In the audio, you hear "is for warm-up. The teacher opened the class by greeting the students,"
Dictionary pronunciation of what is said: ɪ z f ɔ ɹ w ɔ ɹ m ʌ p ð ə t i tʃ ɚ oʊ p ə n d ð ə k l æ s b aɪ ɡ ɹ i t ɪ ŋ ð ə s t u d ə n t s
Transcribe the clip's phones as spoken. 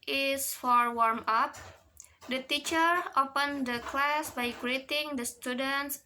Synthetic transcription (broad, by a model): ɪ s f ɔ ɹ w ɔ ɹ m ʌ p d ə t i tʃ ɚ oʊ p ə n d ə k l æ s b aɪ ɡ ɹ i t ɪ ŋ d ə s t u d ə n t s